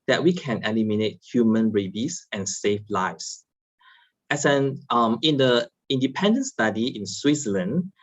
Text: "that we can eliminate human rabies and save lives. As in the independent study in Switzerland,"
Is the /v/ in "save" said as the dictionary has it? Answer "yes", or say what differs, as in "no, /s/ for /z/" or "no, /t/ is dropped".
no, /f/ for /v/